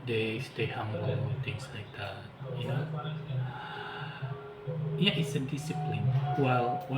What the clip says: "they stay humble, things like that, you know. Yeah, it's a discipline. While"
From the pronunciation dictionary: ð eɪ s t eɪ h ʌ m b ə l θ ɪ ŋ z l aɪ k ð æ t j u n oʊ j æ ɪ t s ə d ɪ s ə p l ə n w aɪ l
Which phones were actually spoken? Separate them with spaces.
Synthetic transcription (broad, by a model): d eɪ s t eɪ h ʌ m ə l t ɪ ŋ s l aɪ k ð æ t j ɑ j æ ɪ t s ə d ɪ s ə p l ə n w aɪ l